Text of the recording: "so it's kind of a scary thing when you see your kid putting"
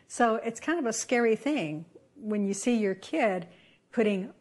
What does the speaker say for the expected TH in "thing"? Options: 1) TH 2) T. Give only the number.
1